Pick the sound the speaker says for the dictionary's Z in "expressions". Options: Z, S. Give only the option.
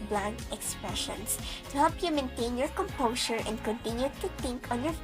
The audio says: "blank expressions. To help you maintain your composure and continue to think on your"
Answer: S